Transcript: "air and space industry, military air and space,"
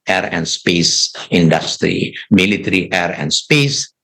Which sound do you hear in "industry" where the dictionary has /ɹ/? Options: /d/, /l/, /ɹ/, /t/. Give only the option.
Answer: /ɹ/